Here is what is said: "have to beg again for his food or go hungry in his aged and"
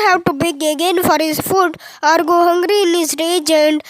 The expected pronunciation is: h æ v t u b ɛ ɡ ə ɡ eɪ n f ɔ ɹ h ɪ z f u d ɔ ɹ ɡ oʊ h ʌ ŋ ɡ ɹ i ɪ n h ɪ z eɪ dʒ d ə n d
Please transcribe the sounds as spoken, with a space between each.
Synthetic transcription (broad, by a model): h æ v t u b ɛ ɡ ə ɡ eɪ n f ɔ ɹ h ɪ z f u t ɔ ɹ ɡ oʊ h ʌ ŋ ɡ ɹ i ɪ n h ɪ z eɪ dʒ ə n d